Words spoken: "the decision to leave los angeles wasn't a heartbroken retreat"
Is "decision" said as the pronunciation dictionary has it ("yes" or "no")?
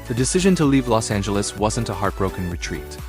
yes